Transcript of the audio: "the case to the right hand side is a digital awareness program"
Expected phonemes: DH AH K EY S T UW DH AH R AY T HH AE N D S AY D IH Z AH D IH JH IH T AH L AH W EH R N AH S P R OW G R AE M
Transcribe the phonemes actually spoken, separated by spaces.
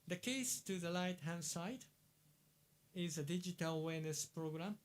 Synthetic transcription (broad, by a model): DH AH K EY S T UW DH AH L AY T HH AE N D S AY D IH Z AH D IH JH IH T AH L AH W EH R N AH S P R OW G R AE M